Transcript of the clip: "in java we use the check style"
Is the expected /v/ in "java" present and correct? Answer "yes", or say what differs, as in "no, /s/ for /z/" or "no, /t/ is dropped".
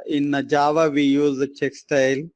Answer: yes